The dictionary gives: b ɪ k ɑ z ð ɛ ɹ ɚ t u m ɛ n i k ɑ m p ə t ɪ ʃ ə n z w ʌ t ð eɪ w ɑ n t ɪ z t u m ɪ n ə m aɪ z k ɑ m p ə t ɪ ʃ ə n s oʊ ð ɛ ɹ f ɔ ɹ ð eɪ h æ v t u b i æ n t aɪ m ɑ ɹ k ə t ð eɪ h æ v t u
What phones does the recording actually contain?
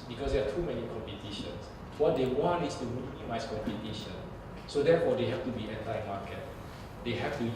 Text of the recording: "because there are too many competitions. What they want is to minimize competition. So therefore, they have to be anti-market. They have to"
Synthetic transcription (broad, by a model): b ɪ k ɑ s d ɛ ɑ t u m ɛ n i k ɑ m p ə t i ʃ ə n s w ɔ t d eɪ w ɑ n t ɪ s t u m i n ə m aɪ s k ɑ m p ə t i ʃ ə n s oʊ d ɛ f ɔ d eɪ h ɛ f t u b i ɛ n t aɪ m ɑ k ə t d eɪ h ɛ f t u